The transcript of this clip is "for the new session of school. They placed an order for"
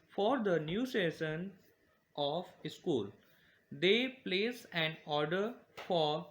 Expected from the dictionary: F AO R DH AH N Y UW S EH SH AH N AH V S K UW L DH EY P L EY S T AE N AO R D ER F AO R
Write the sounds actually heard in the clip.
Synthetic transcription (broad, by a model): F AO R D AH N Y UW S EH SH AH N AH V S K UW L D EY P L EY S AE N AO R D ER F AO R